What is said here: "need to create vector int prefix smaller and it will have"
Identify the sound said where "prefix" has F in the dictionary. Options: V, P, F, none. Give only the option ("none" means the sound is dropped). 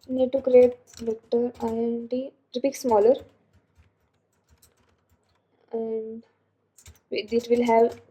P